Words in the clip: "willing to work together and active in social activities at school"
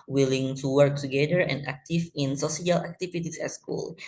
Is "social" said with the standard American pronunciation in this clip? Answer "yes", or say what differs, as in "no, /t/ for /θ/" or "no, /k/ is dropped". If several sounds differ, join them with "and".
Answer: no, /s/ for /ʃ/